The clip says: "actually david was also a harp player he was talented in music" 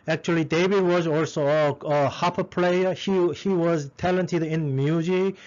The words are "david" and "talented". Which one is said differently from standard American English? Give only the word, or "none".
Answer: david